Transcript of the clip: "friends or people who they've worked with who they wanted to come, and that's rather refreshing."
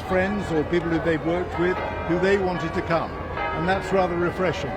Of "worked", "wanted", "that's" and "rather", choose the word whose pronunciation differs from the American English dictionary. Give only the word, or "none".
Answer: none